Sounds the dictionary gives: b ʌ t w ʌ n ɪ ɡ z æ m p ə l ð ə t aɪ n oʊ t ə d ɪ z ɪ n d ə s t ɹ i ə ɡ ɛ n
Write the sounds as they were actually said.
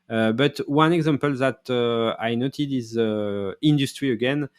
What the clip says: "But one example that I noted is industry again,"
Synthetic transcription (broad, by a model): b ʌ t w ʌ n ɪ ɡ z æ m p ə l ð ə t aɪ n oʊ t ə d ɪ z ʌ n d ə s t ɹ i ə ɡ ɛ n